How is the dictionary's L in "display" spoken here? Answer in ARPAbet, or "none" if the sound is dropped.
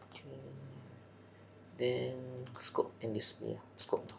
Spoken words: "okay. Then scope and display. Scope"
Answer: none